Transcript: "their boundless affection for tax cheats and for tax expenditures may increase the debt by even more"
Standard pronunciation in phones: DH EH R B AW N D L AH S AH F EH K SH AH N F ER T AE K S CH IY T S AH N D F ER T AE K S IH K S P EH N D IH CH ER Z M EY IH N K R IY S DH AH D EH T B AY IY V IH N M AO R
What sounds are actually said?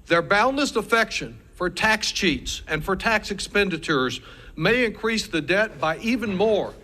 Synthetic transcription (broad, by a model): DH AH R B AW N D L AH S AH F EH K SH AH N F ER T AE K S CH IY T S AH N F ER T AE K S IH K S P EH N D IH CH ER Z M EY IH N K R IY S DH AH D EH T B AY IY V IH N M AO R